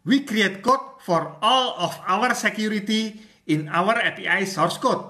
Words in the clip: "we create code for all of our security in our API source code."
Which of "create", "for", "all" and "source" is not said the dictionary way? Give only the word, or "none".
none